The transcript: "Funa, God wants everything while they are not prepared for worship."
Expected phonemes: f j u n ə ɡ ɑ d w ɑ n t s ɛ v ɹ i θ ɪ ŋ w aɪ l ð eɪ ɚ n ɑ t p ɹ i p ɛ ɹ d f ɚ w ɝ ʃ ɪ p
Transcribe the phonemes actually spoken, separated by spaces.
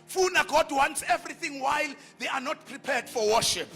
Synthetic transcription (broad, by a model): f u n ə ɡ ɑ d w ɑ n t s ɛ v ɹ i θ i ŋ w aɪ l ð eɪ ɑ n ɑ t p ɹ i p ɛ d f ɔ w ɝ ʃ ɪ p